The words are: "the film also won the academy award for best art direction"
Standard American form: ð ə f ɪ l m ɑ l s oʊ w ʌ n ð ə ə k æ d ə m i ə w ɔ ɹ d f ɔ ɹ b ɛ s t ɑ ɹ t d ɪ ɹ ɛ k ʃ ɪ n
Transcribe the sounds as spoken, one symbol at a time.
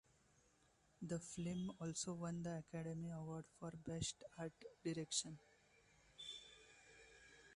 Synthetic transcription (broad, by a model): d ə f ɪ m ɑ l s oʊ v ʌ n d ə ə k æ d ə m i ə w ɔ ɹ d f ɔ ɹ b ɛ s t ɑ ɹ t d ɪ ɹ ɛ k ʃ ɪ n